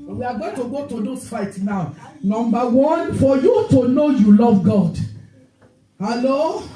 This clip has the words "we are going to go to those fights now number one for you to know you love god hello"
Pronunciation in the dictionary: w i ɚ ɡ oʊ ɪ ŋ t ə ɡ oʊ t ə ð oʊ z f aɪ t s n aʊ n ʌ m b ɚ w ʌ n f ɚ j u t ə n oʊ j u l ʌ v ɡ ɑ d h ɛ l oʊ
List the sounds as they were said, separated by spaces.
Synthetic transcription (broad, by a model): w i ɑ ɡ oʊ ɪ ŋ t ə ɡ oʊ t ə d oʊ s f aɪ t n aʊ n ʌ m b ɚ w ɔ n f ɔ j u t ə n oʊ j u l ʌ v ɡ ɑ d h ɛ l oʊ